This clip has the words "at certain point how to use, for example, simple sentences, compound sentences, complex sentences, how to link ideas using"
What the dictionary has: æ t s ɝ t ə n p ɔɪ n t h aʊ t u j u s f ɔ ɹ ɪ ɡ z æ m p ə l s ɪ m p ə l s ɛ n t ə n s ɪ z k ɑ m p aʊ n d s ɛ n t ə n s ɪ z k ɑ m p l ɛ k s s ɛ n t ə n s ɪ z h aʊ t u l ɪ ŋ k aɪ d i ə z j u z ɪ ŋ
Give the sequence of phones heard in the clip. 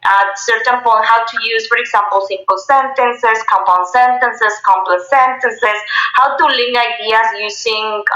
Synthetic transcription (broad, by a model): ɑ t s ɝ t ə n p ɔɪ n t h aʊ t u j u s f ɔ ɹ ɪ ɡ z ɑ m p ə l s ɪ m p ə l s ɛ n t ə n s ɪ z k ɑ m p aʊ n s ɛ n t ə n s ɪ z k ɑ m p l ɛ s s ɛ n t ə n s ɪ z h aʊ t u l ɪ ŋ aɪ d i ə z j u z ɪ ŋ